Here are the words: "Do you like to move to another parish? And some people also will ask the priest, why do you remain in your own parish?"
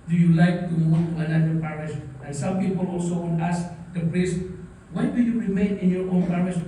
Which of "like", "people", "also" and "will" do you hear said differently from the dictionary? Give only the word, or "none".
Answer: will